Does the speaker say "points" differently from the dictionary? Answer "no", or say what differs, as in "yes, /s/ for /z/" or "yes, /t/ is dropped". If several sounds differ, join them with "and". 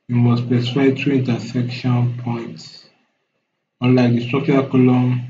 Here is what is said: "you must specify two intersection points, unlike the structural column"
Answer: no